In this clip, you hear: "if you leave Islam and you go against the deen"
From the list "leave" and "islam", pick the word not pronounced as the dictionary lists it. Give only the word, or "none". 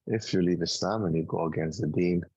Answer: islam